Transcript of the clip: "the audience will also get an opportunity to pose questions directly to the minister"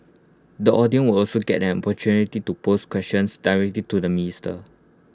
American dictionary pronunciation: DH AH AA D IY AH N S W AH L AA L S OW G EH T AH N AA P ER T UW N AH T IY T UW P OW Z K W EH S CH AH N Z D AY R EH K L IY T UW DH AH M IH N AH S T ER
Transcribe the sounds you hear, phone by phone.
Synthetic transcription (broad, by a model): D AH AA D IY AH N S W AH L AA L S OW G EH T AH N AA P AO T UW N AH T IY T UW P OW S K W EH S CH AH N S D AY R EH K L IY T UW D AH M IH N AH S T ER